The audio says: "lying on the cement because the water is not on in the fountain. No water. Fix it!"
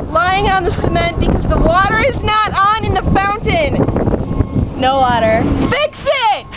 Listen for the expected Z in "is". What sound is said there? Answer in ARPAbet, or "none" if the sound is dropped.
Z